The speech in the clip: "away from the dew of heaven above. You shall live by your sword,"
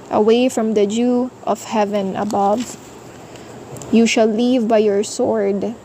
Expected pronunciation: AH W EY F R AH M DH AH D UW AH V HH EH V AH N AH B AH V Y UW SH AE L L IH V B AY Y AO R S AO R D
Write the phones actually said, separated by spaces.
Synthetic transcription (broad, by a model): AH W EY F R AH M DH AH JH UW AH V HH EH V AH N AH B AH V Y UW SH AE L L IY V B AY Y AO R S AO R D